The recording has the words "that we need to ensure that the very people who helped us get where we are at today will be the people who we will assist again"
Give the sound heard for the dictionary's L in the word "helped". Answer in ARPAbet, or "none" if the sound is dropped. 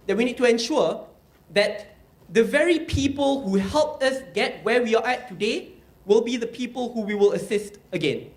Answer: L